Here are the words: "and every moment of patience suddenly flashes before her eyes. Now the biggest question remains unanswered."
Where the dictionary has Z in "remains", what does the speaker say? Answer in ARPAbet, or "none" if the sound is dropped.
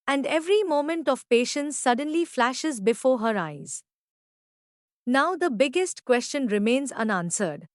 Z